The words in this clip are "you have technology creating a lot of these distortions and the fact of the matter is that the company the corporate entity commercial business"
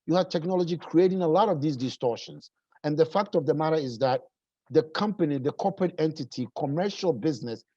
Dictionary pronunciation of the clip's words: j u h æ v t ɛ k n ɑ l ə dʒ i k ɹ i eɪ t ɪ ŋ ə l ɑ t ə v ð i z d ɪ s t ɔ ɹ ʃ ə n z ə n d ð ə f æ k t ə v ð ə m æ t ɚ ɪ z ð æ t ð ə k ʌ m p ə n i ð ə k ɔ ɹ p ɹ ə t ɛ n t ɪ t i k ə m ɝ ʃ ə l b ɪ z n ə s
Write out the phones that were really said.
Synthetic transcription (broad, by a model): j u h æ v t ɛ k n ɑ l ə dʒ i k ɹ i eɪ t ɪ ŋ ə l ɑ t ə v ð i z d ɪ s t ɔ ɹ ʃ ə n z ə n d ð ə f æ k t ə v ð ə m æ t ɚ ɪ z ð æ t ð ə k ʌ m p ə n i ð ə k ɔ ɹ p ɹ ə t ɛ n t ɪ t i k ə m ɝ ʃ ə l b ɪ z n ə s